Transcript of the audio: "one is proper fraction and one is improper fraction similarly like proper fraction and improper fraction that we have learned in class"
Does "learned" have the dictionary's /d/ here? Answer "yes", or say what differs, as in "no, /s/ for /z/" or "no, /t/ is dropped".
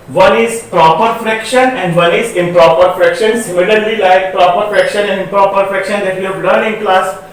no, /d/ is dropped